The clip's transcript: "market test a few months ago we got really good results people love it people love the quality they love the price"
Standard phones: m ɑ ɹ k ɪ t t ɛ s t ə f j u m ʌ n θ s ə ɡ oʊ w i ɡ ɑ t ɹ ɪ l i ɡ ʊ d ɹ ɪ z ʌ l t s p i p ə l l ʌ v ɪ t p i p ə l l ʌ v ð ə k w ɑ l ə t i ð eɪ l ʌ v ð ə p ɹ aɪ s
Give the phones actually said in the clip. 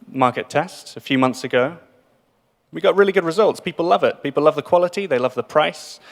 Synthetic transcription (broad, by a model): m ɑ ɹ k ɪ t t ɛ s t ə f j u m ʌ n θ s ə ɡ oʊ w i ɡ ɑ t ɹ ɪ l i ɡ ʊ d ɹ ɪ z ʌ l t s p i p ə l l ʌ v ɪ t p i p l l ʌ v ð ə k w ɑ l ə t i ð eɪ l ʌ v ð ə p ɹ aɪ s